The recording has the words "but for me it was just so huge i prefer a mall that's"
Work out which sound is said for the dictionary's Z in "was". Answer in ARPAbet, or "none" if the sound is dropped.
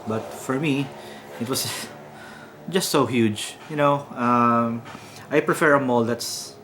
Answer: S